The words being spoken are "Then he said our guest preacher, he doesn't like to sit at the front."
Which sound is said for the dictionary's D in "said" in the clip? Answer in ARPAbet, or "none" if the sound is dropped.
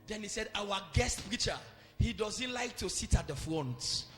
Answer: D